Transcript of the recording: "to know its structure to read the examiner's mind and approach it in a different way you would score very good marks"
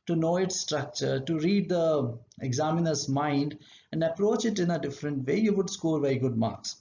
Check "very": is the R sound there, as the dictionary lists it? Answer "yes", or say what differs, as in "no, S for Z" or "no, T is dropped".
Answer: no, R is dropped